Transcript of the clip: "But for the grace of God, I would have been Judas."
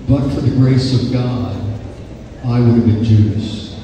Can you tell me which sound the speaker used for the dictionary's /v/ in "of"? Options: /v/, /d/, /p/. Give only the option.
/v/